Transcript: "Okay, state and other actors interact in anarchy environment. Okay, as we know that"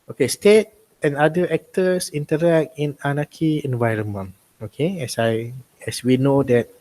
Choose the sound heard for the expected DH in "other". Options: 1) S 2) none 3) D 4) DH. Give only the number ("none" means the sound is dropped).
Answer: 2